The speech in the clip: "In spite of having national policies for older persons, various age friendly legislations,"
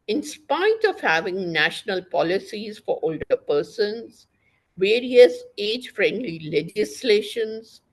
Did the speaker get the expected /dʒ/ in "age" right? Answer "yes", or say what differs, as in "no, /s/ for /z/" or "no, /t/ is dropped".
yes